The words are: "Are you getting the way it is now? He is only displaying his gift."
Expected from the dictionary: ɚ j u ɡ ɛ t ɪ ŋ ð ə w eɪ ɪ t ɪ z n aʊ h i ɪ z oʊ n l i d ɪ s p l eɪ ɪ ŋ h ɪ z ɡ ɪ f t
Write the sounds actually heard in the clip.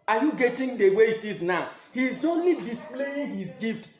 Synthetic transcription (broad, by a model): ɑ j u ɡ ɛ t ɪ ŋ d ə w eɪ ɪ t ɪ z n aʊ h i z oʊ n l i d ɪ s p l eɪ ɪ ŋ h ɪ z ɡ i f t